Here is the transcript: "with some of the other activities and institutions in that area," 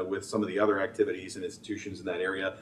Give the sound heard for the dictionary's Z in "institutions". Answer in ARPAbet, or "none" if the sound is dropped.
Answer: Z